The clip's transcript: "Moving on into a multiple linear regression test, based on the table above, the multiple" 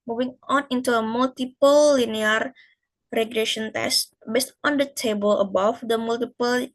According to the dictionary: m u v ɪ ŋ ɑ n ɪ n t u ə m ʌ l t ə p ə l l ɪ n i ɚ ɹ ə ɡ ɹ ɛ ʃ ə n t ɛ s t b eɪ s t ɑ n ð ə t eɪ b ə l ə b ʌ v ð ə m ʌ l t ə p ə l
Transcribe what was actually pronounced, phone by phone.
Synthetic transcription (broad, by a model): m u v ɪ ŋ ɑ n ɪ n t u ə m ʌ l t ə p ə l l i n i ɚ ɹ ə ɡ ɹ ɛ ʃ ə n t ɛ s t b eɪ s t ɑ n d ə t eɪ b ə l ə b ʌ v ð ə m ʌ l t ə p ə l